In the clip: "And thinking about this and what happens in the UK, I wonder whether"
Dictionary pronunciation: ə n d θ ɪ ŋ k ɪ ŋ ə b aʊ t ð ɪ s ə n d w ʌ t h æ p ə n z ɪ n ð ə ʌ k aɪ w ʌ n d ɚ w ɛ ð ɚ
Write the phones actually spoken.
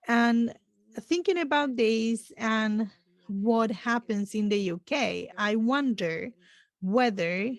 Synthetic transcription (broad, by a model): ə n θ ɪ ŋ k ɪ ŋ ə b aʊ t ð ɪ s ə n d w ʌ t h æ p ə n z ɪ n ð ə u k aɪ w ʌ n d ɚ w ɛ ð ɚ